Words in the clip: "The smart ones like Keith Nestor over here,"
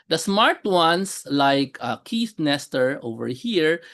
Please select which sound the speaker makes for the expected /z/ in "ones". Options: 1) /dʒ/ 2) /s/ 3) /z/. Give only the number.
2